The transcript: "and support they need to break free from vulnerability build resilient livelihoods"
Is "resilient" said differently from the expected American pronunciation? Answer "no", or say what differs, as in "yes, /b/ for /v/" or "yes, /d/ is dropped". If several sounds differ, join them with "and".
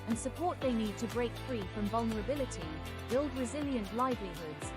no